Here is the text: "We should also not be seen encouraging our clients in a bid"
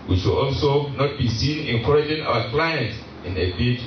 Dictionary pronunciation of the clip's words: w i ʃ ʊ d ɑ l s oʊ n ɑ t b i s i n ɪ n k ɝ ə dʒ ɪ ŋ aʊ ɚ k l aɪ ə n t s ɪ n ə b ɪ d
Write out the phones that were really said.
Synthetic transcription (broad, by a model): w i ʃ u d ɑ l s oʊ n ɑ t b i s i n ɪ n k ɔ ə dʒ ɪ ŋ aʊ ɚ k l aɪ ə n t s ɪ n ə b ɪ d